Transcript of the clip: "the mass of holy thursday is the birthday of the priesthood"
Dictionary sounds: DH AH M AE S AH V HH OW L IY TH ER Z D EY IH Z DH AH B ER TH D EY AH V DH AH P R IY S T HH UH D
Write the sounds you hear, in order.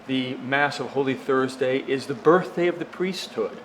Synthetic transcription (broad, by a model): DH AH M AE S AH V HH OW L IY TH ER Z D EY IH Z DH AH B ER TH D EY AH V DH AH P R IY S T HH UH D